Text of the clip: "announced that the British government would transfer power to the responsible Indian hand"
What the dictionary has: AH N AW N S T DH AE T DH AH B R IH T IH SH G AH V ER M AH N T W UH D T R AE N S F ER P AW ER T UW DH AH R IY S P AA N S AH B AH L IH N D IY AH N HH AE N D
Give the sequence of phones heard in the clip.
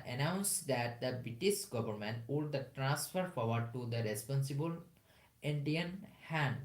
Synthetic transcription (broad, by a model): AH N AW N S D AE T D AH B R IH T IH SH G AH V ER M AH N T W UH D T R AE N S F ER F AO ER T UW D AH R IY S P AA N S AH B AH L IH N D IY AH N HH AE N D